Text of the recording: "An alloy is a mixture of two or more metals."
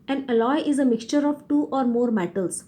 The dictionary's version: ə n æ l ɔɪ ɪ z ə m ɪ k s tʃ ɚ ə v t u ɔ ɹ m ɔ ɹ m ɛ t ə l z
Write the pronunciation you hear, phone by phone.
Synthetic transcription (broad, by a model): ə n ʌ l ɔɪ ɪ z ə m ɪ k s tʃ ɚ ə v t u ɔ ɹ m ɔ ɹ m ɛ t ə l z